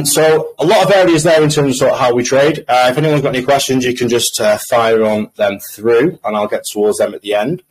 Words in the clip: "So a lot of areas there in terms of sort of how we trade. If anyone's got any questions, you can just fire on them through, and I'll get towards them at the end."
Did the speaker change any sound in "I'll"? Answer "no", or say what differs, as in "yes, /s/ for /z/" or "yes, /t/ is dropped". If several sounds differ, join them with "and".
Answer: no